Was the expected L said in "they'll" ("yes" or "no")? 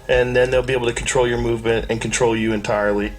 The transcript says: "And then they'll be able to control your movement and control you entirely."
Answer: yes